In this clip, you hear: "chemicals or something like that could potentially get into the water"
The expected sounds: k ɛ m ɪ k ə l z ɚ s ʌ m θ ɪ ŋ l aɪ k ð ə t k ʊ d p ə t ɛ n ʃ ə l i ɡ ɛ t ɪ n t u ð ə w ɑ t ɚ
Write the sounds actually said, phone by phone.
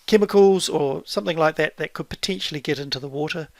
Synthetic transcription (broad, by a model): k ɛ m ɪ k l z ɚ s ʌ m θ ɪ ŋ l aɪ k ð ə t k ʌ d p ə t ɛ n ʃ l i ɡ ɛ t ɪ n t u ð ə w ɑ t ɚ